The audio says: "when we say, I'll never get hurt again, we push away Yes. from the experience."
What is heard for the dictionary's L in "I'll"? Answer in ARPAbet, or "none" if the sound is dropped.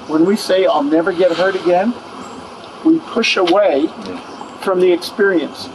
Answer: L